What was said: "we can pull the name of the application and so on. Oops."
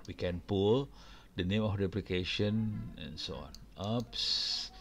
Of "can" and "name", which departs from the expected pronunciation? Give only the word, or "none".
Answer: none